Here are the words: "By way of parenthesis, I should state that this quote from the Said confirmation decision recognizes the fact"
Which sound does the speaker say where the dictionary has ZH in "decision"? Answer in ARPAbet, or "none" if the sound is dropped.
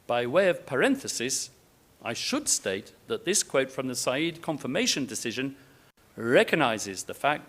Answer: ZH